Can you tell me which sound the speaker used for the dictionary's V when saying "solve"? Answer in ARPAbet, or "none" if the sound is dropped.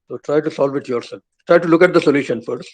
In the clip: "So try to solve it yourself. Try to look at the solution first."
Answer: V